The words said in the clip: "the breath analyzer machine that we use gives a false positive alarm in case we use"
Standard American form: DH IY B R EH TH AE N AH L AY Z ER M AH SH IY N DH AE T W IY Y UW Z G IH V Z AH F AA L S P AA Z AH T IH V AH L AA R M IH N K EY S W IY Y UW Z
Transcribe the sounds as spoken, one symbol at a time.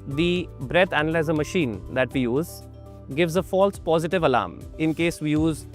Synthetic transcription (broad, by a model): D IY B R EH T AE N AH L AY Z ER M AH SH IY N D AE T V IY Y UW Z G IH V Z AH F AA L S P AA Z AH T IH V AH L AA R M IH N K EY S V IY Y UW Z